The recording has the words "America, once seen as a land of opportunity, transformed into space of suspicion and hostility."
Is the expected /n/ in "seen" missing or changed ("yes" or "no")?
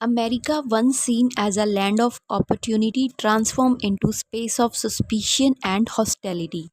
no